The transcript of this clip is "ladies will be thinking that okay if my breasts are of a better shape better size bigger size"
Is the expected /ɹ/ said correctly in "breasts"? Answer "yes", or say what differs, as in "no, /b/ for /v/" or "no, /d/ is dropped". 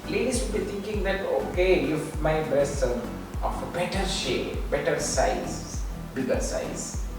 no, /ɹ/ is dropped